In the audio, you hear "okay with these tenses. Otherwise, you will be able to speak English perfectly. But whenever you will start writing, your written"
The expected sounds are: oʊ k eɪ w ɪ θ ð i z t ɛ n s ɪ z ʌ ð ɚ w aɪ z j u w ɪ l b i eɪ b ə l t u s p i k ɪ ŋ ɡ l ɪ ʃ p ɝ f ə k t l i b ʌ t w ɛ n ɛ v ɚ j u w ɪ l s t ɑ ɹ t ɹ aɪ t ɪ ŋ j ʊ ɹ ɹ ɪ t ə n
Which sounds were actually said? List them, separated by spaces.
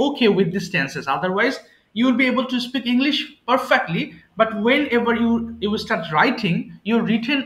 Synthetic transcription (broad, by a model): oʊ k eɪ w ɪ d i s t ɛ n s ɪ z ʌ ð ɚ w aɪ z j u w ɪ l b i eɪ b ə l t u s p i k ɪ ŋ ɡ l ɪ ʃ p ɝ f ə k t l i b ʌ t w ɛ n ɛ v ɚ j u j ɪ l s t ɑ ɹ t ɹ aɪ t ɪ ŋ j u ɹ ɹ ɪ t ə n